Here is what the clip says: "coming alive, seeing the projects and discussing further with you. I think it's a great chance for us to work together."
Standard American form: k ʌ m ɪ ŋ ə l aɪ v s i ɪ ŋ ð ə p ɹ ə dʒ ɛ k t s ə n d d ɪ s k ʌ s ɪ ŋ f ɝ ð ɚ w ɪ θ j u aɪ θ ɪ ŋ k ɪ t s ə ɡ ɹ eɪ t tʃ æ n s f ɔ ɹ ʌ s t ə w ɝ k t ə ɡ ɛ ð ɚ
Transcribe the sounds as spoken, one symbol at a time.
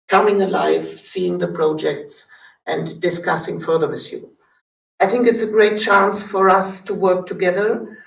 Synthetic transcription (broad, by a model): k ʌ m ɪ ŋ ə l aɪ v s i ɪ ŋ ð ə p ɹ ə dʒ ɛ k t s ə n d d ɪ s k ʌ s ɪ ŋ f ɝ ð ɚ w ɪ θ j u aɪ θ ɪ ŋ k ɪ t s ə ɡ ɹ eɪ t tʃ æ n s f ɔ ɹ ʌ s t ə w ɝ k t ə ɡ ɛ ð ɚ